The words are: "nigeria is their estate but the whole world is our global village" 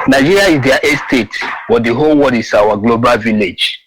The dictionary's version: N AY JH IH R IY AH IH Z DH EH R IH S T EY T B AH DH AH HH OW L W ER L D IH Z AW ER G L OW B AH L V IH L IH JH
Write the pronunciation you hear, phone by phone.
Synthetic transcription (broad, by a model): N AY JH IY R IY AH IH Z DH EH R IH S T EY T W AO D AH HH OW L W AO D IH S AW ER G L OW B AH L V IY L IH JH